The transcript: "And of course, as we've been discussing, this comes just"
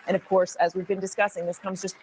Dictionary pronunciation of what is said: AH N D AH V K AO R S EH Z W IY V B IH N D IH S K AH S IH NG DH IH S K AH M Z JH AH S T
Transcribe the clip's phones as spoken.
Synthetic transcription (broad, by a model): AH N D AH V K AO R S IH Z W IY V B IH N D IH S K AH S IH NG DH IH S K AH M Z JH AH S T